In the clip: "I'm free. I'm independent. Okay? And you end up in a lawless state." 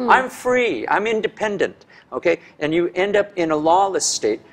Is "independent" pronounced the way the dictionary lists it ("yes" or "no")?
yes